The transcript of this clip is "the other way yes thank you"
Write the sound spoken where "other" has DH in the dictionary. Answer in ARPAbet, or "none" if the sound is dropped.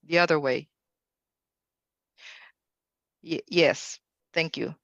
DH